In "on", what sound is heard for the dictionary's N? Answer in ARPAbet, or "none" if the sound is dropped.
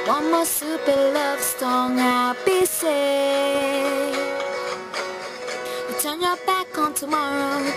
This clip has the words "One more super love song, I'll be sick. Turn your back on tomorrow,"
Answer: N